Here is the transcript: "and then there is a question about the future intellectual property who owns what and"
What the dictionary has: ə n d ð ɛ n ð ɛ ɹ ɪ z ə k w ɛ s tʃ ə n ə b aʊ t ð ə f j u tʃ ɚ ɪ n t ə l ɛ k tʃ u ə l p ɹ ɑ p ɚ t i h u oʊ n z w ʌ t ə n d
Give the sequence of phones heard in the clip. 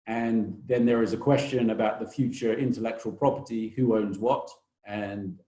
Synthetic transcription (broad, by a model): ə n ð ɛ n ð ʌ ɹ ɪ z ə k w ɛ s tʃ ə n ə b aʊ t ð ə f j u tʃ ɚ ɪ n t ə l ɛ k tʃ u ə l p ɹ ɑ p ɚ t i h u oʊ n z w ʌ t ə n